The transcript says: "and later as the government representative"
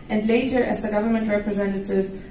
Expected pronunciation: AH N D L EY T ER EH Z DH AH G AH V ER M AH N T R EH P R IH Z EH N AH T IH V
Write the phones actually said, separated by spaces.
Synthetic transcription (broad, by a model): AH N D L EY T ER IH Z DH AH G AH V ER M AH N T R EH P R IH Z EH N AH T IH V